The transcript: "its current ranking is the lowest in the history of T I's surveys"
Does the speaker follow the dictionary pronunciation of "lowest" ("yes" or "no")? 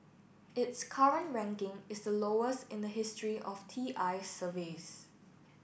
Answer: yes